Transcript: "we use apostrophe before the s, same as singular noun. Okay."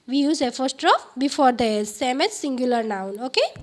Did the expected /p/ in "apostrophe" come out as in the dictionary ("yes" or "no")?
no